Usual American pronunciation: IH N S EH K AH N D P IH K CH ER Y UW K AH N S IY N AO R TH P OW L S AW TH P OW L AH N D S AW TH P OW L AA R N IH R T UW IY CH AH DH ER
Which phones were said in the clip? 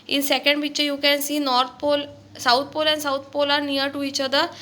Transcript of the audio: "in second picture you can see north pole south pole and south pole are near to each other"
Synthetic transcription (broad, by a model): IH N S EH K AH N D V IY CH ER Y UW K AH N S IY N AO R T P OW L S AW T P OW L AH N S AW T P OW L AA R N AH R T UW IY CH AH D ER